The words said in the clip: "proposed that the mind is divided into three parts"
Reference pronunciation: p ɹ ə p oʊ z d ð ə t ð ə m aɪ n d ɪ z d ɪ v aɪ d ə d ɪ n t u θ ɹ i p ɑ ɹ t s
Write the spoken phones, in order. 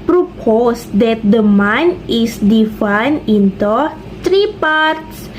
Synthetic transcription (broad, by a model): p ɹ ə p oʊ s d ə t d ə m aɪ n ɪ s d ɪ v aɪ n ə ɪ n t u t ɹ i p ɑ ɹ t s